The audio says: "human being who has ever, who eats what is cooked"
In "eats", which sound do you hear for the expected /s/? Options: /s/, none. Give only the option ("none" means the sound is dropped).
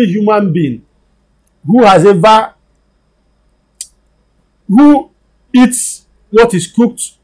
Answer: /s/